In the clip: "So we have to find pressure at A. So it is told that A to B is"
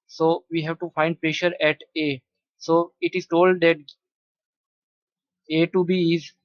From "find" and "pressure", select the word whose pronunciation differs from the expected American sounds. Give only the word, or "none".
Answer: none